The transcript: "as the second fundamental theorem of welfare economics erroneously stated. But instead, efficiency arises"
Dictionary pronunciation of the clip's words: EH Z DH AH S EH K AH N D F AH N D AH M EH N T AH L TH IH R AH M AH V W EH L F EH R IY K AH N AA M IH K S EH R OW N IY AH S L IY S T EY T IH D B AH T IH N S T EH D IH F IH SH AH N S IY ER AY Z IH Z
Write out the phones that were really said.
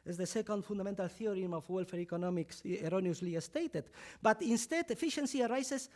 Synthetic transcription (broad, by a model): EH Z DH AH S EH K AH N D F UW N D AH M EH N T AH L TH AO R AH M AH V W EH L F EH R IY K AH N AA M IH K S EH R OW N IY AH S L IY S T EY T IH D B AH T IH N S T EH D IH F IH SH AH N S IY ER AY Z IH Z